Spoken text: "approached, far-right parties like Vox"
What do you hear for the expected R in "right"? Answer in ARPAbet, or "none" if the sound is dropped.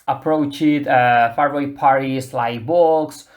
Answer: W